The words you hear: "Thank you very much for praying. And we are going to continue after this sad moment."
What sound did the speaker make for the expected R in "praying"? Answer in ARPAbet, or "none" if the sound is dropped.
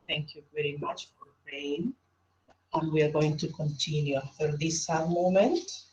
none